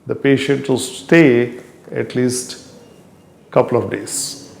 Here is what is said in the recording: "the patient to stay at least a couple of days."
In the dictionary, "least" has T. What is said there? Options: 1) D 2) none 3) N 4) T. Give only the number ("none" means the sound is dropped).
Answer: 4